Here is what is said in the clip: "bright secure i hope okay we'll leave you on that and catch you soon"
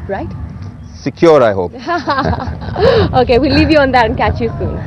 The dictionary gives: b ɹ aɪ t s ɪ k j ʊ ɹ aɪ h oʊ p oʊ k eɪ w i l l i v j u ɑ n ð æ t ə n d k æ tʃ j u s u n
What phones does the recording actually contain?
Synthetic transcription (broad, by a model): ɹ aɪ t s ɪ k j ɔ ɹ aɪ h oʊ p oʊ k eɪ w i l l i v j u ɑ n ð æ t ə n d k æ tʃ j u s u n